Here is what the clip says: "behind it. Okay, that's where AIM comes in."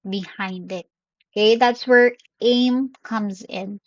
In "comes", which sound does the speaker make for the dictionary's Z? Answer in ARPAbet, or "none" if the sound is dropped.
Z